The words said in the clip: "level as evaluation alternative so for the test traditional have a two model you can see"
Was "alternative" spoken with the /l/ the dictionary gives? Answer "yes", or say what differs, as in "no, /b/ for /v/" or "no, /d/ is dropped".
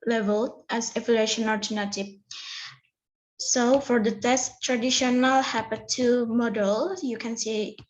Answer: no, /l/ is dropped